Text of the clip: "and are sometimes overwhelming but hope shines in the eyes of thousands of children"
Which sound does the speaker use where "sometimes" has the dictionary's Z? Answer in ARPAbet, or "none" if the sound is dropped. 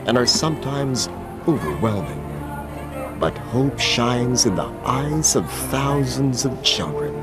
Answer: Z